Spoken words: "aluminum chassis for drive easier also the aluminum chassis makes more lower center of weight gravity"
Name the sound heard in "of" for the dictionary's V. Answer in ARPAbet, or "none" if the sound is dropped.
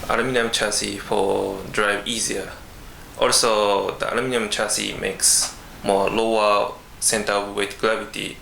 P